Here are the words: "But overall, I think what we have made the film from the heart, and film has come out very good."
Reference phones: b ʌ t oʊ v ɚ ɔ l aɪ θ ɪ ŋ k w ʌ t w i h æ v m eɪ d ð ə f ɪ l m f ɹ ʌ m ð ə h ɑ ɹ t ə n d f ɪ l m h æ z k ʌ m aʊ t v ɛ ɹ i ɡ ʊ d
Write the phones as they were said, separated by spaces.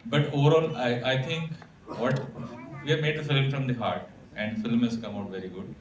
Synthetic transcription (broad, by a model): b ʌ t oʊ v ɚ ɔ l aɪ t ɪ ŋ k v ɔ t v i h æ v m eɪ d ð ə f ɪ l m f ɹ ʌ m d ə h ɑ ɹ t ə n d f ɪ l m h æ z k ʌ m aʊ t v ɛ ɹ i ɡ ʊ d